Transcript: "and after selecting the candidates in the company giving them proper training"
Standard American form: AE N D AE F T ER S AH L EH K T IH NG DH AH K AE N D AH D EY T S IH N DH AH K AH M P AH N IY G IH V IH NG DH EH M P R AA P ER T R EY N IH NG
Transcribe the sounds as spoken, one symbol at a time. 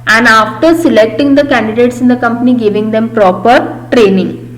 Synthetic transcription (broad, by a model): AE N D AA F T ER S AH L EH K T IH NG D AH K AE N D AH D EY T S IH N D AH K AH M P AH N IY G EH V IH NG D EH M P R AA P ER T R EY N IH NG